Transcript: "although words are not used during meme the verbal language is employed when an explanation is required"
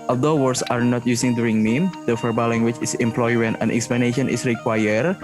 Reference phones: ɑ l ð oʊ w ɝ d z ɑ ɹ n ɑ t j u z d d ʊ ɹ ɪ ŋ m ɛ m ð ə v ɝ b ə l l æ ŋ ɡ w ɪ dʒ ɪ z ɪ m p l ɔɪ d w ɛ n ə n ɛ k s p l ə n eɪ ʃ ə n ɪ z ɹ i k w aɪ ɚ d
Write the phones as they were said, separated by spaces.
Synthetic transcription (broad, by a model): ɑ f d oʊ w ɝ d s ɑ ɹ n ɑ t j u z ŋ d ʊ ɹ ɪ ŋ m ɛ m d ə f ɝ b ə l l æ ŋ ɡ w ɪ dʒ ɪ s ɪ m p l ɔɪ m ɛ n ə n ɛ k s p l ə n eɪ ʃ ə n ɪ s ɹ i k w aɪ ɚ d